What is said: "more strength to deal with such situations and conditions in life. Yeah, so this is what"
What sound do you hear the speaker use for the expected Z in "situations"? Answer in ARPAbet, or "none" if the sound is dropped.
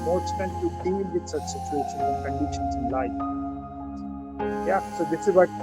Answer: none